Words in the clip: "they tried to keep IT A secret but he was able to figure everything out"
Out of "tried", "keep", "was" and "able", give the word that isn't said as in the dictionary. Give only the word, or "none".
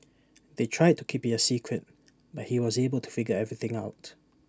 none